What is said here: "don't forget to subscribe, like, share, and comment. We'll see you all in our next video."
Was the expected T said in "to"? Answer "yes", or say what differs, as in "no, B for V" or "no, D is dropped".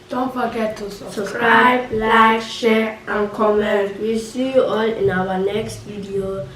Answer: no, S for T